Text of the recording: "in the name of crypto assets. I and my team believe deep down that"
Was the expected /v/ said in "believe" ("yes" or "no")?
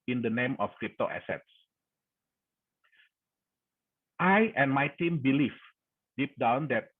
no